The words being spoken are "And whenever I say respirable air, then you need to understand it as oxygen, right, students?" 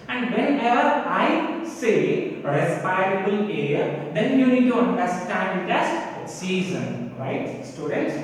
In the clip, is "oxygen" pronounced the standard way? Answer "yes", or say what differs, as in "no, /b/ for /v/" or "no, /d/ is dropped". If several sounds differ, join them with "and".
no, /z/ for /dʒ/